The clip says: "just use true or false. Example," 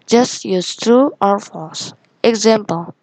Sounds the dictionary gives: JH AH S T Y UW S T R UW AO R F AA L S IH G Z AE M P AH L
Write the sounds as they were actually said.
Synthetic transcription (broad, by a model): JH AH S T Y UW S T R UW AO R F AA S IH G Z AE M P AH L